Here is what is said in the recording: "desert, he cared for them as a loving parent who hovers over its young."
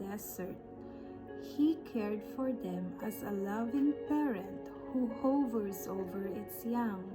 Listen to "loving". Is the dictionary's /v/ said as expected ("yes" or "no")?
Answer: yes